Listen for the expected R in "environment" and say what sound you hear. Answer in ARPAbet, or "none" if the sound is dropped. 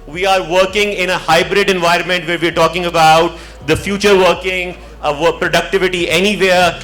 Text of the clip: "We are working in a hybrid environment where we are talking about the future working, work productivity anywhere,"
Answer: R